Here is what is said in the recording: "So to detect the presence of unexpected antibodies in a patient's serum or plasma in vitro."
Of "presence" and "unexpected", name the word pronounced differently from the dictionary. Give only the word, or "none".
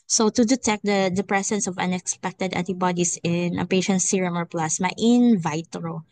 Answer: presence